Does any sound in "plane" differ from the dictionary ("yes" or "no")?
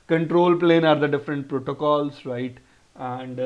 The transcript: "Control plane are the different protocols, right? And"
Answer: no